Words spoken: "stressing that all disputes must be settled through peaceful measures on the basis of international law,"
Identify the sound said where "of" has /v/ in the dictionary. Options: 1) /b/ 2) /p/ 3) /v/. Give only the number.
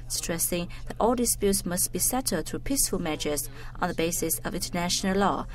3